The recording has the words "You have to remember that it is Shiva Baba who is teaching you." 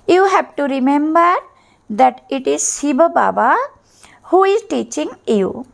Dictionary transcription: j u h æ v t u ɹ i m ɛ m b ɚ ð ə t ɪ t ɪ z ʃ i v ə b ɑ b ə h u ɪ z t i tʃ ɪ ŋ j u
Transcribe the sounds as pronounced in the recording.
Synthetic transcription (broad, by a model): j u h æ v t u ɹ i m ɛ m b ɚ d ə t ɪ t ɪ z s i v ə b ɑ b ə h u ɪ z t i tʃ ɪ ŋ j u